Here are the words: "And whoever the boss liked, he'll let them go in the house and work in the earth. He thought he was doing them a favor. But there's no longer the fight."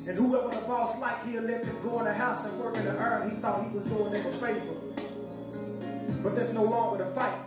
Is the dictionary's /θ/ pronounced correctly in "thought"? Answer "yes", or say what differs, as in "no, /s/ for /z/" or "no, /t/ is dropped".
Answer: yes